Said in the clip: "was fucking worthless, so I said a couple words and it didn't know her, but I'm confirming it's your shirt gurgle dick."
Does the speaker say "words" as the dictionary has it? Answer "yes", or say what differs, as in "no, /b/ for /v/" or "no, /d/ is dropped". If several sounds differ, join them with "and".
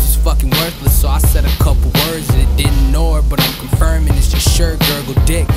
yes